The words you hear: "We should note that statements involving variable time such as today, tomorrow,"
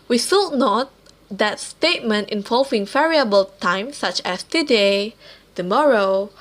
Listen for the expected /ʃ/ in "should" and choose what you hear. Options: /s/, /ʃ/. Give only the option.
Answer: /s/